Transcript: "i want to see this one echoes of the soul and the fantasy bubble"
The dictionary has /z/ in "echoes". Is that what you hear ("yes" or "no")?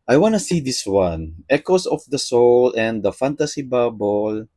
no